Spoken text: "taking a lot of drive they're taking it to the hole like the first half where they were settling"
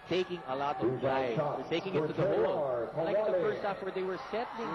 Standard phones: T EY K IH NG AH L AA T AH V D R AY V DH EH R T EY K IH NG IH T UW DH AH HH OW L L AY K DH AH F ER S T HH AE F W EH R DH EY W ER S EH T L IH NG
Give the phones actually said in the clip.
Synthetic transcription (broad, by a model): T EY K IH NG AH L AA T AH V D AY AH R T EY K IH NG IH T UW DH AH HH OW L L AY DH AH F ER S T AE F W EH R DH EY W ER S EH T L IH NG